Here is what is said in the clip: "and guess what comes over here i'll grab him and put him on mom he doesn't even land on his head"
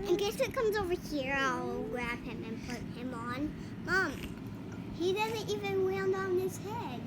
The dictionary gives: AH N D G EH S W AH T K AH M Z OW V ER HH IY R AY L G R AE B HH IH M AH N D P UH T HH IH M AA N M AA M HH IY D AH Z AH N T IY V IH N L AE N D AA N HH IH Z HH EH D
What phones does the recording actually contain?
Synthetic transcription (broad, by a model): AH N G EH S W AH T K AH M Z OW V ER HH IY R AY L G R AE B HH IH M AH N P UH T HH IH M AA N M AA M HH IY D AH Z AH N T IY V IH N W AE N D AA N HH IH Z HH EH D